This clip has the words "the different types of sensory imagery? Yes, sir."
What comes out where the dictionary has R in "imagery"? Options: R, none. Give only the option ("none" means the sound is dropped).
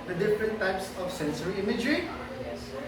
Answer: R